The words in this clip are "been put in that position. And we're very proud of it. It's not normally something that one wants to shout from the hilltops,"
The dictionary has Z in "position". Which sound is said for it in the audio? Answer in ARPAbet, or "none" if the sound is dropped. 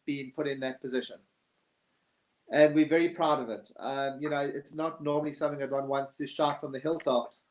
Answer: Z